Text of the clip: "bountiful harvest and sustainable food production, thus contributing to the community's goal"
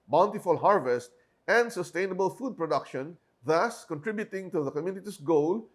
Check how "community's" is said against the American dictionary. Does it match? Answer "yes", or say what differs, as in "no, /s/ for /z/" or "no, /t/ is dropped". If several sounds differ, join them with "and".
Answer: no, /s/ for /z/